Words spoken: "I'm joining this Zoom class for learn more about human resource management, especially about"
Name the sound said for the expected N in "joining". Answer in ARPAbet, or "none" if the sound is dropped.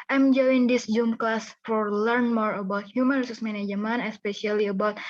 none